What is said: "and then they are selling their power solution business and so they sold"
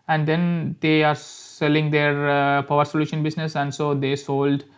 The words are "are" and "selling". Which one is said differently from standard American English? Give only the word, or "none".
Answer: none